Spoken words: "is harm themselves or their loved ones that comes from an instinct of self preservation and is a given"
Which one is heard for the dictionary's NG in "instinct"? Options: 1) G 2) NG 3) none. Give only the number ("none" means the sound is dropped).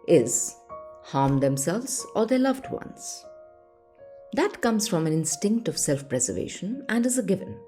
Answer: 2